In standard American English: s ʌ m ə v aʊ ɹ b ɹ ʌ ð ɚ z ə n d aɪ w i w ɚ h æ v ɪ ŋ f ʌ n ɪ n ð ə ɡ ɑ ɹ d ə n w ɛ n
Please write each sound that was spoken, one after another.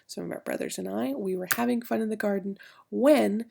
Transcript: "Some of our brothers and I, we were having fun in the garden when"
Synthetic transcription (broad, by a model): s ʌ m ə v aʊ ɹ b ɹ ʌ ð ɚ z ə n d aɪ w i w ɚ h æ v ɪ ŋ f ʌ n ɪ n ð ə ɡ ɑ ɹ d n w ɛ n